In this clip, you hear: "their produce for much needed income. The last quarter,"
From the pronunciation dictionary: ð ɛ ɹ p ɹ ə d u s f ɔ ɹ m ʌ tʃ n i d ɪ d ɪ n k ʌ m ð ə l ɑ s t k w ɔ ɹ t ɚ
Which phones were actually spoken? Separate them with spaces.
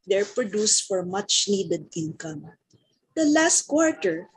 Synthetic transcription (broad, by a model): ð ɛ ɹ p ɹ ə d u s f ɔ ɹ m ʌ tʃ n i d ɪ d ɪ n k ʌ m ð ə l ɑ s t k w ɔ ɹ t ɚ